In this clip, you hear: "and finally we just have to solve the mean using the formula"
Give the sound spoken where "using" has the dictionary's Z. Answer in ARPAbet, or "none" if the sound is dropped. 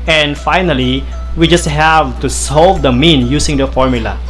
S